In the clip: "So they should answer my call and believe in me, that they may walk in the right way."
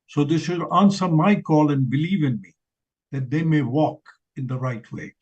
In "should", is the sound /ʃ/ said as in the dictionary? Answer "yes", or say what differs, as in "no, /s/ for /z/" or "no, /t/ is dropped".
no, /s/ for /ʃ/